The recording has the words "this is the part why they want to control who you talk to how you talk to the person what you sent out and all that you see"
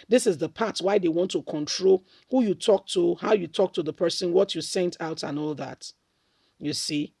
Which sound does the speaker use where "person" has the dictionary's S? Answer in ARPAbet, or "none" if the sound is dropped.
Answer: S